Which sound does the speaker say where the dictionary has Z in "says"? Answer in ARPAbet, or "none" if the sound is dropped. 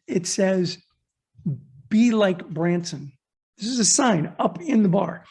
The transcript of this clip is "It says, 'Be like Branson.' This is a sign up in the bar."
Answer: Z